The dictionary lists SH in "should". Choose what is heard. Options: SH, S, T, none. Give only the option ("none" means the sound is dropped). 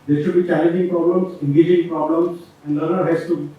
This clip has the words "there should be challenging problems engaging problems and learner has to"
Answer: SH